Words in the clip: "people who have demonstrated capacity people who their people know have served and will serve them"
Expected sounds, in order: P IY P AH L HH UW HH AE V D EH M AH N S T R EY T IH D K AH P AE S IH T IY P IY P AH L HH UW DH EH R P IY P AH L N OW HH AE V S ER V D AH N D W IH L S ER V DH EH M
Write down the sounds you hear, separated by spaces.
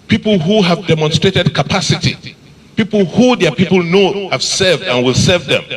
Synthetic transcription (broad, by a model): P IY P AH L HH UW HH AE V D EH M AH N S T R EY T IH D K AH P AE S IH T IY P IY P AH L HH UW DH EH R P IY P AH L N OW HH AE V S ER V D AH N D W IH L S ER V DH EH M